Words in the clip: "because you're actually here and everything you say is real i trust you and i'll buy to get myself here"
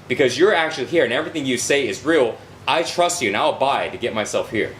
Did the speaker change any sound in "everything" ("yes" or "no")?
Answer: no